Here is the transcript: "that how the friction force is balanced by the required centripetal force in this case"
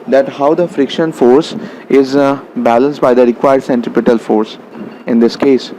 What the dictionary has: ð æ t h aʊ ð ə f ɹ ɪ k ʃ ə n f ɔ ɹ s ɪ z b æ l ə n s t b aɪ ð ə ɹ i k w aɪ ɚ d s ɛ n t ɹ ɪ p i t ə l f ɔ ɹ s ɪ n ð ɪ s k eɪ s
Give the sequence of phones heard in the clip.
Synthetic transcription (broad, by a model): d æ t h aʊ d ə f ɹ ɪ k ʃ ə n f ɔ ɹ s ɪ z b æ l ə n s t b aɪ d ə ɹ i k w aɪ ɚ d s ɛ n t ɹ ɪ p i t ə l f ɔ ɹ s ɪ n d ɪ s k eɪ s